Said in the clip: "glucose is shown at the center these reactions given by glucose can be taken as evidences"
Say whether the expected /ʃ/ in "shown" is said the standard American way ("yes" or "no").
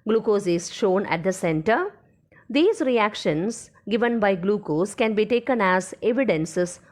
yes